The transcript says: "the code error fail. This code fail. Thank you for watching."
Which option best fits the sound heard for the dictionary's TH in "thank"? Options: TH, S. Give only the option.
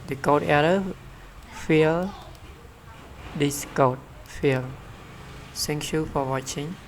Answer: S